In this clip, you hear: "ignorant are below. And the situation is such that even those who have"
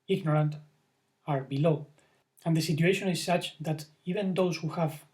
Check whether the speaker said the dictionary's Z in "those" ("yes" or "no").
no